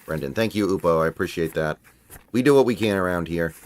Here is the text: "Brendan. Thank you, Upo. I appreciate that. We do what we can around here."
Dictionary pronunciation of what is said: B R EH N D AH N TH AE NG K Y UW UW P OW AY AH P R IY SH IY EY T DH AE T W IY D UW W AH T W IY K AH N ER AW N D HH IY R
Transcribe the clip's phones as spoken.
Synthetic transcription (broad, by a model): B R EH N D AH N TH AE NG K Y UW UW P OW AY AH P R IY SH IY EY T DH AE T W IY D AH W AH T W IY K AH N ER AW N D HH IY R